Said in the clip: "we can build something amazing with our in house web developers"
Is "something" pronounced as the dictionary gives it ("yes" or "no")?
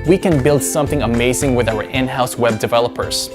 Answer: yes